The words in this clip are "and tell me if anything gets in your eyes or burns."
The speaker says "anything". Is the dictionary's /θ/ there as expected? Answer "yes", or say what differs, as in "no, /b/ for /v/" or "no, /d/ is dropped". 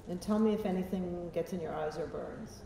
yes